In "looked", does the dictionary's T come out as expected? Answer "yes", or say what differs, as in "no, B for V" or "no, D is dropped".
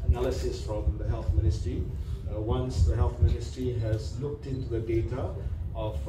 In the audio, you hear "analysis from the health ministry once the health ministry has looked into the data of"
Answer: yes